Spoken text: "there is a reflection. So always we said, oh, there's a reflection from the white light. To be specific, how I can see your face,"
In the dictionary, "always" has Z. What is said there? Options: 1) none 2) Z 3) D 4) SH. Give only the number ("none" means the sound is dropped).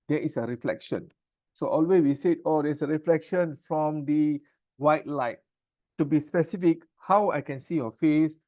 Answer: 1